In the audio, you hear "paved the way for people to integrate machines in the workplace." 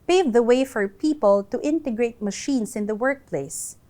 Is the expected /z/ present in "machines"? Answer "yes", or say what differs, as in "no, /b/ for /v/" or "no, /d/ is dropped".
no, /s/ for /z/